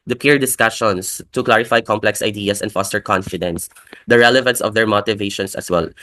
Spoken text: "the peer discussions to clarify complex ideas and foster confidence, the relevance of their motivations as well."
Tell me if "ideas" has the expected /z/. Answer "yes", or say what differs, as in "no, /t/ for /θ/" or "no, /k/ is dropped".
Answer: no, /s/ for /z/